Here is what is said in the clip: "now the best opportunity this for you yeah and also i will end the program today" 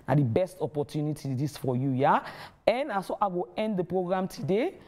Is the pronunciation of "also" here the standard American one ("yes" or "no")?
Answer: no